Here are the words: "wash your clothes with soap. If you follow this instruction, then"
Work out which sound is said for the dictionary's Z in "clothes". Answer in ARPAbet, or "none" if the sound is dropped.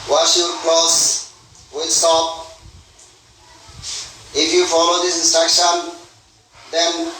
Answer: S